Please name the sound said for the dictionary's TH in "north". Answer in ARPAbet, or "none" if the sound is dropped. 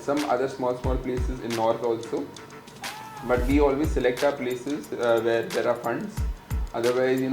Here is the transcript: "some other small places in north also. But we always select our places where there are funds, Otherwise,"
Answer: T